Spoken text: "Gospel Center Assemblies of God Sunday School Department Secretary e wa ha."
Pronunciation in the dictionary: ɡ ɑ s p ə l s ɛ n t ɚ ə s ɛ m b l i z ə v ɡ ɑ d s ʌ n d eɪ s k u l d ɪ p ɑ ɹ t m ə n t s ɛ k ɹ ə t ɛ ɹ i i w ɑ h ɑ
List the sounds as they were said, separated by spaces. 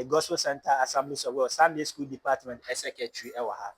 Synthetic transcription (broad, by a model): ɡ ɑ s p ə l s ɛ n t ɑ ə s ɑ m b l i s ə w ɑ s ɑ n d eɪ s k u l d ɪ p ɑ t m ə n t s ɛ k ə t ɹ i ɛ w ɑ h ɑ